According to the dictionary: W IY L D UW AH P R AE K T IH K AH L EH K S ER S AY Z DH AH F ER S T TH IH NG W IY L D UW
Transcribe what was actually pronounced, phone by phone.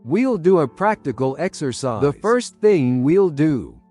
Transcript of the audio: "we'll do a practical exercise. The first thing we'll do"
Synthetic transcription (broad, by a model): W IY L D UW AH P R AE K T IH K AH L EH K S ER S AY DH AH F ER S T TH IH NG W IY L D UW